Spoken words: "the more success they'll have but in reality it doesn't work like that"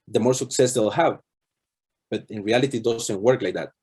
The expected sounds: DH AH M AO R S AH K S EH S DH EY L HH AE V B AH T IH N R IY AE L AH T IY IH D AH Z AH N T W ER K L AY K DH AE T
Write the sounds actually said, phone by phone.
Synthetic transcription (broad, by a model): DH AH M AO R S AH K S EH S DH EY L HH AE V B AH T IH N R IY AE L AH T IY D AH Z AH N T W ER K L AY K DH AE T